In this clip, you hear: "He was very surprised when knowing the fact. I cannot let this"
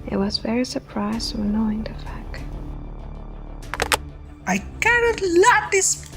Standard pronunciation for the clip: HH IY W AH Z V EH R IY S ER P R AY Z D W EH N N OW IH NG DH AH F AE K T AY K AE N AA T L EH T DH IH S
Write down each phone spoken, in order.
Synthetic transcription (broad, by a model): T W AH Z V EH R IY S ER P R AY Z D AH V N OW IH NG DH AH F AE K T AY K AE N AA T L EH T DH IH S